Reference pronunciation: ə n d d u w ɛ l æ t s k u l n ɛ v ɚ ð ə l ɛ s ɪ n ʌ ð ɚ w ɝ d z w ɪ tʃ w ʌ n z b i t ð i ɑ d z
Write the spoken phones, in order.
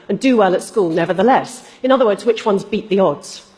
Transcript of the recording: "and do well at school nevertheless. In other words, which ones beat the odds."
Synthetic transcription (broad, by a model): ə n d d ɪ w ɛ l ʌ t s k u l n ɛ v ɚ ð ə l ɛ s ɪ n ʌ ð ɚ w ɝ d z w ɪ tʃ w ʌ n z b i t ð i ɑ d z